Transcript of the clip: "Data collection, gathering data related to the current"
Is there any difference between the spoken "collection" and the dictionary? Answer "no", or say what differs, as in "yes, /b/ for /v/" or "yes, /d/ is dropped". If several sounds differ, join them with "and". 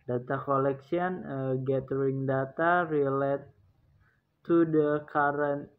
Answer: yes, /s/ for /ʃ/